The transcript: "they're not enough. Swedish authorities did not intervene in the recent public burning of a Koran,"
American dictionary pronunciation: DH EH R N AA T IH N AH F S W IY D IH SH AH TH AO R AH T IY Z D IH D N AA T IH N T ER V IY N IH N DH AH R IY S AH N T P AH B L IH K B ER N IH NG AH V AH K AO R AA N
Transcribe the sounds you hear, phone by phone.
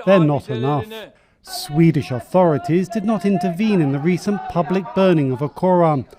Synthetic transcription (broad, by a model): DH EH R N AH T IH N AH F S W IY D IH SH AH TH AO R AH T IY Z D IH D N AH T IH N T ER V IY N IH N DH AH R IY S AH N P AH B L IH K B ER N IH NG AH V AH K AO R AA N